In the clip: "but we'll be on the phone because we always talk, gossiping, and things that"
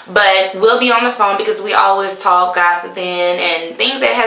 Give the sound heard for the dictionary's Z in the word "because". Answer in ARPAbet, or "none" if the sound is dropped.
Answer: Z